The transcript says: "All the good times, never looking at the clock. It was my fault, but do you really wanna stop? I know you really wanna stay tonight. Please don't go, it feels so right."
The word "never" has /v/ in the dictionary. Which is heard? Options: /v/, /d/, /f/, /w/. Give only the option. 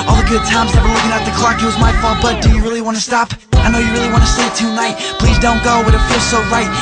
/w/